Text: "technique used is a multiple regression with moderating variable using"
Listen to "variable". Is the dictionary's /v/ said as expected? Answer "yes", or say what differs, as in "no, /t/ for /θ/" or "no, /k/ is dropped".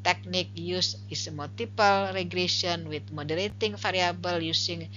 no, /f/ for /v/